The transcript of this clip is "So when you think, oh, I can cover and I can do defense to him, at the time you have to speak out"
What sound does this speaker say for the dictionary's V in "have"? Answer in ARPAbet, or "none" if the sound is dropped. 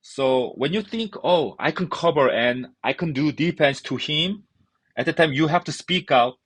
F